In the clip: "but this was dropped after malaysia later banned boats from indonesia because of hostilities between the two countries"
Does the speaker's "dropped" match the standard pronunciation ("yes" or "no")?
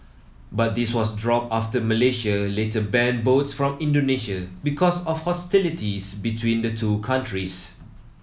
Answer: no